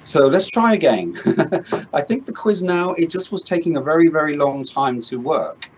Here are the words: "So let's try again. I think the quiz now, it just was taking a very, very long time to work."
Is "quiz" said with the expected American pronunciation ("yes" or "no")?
yes